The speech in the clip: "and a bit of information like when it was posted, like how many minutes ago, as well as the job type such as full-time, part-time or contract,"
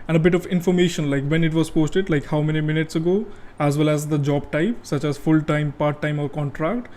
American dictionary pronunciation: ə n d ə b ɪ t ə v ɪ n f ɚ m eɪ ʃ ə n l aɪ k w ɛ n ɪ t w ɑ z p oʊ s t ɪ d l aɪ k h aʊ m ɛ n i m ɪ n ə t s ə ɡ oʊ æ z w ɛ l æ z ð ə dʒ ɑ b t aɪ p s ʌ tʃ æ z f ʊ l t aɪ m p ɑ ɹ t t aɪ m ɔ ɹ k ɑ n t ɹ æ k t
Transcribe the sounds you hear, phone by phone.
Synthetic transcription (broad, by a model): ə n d ə b ɪ t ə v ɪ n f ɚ m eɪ ʃ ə n l aɪ k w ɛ n ɪ t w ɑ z p oʊ s t ɪ d l aɪ k h aʊ m ɛ n i m ɪ n ə t s ə ɡ oʊ æ z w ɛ l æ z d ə dʒ ɑ b t aɪ p s ʌ tʃ æ z f ʊ l t aɪ m p ɑ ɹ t t aɪ m ɔ ɹ k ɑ n t ɹ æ k t